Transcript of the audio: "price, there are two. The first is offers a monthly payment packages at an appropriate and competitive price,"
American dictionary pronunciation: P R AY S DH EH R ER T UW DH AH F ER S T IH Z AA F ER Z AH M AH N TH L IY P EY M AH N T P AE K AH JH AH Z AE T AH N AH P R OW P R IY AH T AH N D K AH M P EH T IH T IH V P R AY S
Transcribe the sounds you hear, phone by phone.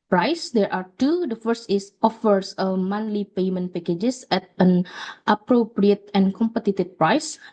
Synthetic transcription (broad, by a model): P R AY S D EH R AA T UW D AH F ER S T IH S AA F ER S AH M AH N L IY P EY M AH N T P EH K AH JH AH S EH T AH N AH P R OW P R IY AH T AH N K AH M P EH T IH T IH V P R AY S